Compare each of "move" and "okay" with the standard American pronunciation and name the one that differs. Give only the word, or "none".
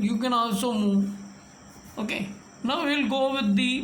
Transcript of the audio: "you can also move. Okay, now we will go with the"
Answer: move